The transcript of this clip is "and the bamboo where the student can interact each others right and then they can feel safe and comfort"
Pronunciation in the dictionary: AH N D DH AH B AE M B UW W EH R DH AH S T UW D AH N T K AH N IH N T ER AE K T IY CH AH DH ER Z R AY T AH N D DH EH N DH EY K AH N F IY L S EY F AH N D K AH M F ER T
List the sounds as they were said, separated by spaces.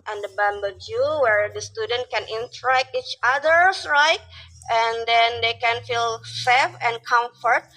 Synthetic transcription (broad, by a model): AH N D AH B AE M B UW W EH R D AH S T UW D AH N T K AH N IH N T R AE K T IY CH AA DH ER S R AY T AH N D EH N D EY K AH N F IY L S EY F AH N K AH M F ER T